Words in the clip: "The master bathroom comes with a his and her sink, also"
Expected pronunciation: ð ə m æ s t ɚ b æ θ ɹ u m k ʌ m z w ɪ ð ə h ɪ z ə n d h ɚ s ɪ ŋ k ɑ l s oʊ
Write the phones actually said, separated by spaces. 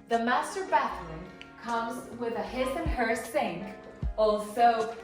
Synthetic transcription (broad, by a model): ð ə m æ s t ɚ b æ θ l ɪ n k ʌ m z w ɪ ð ə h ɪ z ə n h ɚ s ɪ ŋ k ɑ l s oʊ